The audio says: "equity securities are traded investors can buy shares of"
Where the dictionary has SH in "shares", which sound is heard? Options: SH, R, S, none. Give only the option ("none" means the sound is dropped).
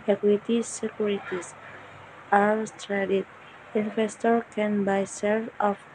S